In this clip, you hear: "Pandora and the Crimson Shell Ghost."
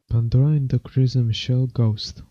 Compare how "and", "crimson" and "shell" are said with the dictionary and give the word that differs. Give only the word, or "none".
crimson